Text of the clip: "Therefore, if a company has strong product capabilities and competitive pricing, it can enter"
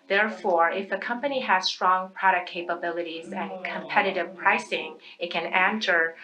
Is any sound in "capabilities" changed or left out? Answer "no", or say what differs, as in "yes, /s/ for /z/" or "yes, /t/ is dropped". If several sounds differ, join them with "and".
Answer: no